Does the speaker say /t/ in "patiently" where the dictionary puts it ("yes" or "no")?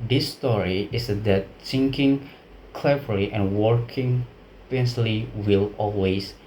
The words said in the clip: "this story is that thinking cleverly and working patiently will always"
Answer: no